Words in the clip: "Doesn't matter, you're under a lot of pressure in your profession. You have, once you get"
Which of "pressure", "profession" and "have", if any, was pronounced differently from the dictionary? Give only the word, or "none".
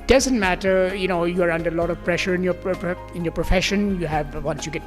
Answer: none